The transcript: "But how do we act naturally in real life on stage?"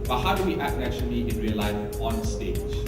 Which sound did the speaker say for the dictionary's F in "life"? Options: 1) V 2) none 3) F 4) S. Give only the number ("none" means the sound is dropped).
2